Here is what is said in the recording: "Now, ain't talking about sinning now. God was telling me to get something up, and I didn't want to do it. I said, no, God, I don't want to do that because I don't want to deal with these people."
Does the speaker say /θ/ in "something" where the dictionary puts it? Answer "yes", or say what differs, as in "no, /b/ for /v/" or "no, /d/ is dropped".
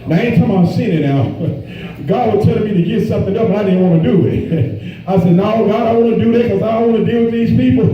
yes